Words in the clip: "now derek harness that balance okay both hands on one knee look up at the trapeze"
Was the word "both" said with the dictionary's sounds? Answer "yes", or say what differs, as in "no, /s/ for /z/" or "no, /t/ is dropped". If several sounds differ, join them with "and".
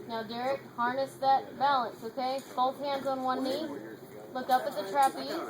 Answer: no, /t/ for /θ/